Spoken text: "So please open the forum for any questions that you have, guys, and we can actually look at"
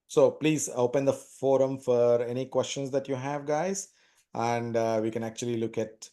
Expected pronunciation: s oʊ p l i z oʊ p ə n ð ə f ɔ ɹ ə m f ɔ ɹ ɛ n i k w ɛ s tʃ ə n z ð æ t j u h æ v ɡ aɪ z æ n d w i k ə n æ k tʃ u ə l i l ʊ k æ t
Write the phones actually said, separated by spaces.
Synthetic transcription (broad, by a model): s oʊ p l i z oʊ p ə n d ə f ɔ ɹ ə m f ɔ ɹ ɛ n i k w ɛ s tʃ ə n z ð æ t j u h æ v ɡ aɪ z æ n d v i k ə n æ k tʃ u ə l i l ʊ k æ t